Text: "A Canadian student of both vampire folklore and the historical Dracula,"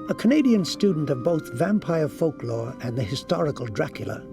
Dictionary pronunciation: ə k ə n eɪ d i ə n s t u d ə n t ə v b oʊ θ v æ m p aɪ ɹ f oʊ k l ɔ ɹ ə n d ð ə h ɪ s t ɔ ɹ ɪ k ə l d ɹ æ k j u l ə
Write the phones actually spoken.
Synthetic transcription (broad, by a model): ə k ə n eɪ d i ə n s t u d n t ə v b oʊ θ v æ m p aɪ ɹ f oʊ k l ɔ ɹ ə n ð ə h ɪ s t ɔ ɹ ɪ k ə l d ɹ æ k j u l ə